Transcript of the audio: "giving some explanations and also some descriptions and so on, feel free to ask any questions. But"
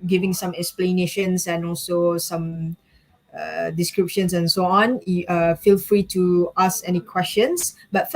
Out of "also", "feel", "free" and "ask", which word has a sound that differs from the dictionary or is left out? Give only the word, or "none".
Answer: ask